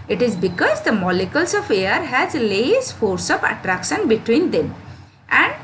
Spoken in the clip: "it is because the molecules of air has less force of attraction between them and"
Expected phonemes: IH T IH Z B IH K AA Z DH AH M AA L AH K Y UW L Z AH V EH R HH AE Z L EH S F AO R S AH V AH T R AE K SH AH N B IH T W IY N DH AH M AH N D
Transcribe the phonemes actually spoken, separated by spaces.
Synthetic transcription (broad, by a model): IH T IH Z B IH K AA Z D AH M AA L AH K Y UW L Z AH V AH R HH AE Z L EH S F AO R S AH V AH T R AE K SH AH N B IH T W IY N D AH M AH N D